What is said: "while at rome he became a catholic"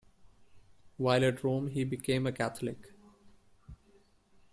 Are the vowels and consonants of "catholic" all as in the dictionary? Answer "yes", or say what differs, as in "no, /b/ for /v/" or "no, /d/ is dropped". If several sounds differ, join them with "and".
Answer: no, /t/ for /θ/